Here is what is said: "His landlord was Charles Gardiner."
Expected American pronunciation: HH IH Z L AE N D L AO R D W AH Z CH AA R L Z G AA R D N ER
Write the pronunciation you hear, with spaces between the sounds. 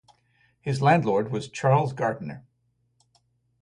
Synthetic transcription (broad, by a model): HH IH Z L AE N D L AO R D W AH Z CH AA R L Z G AA R D N ER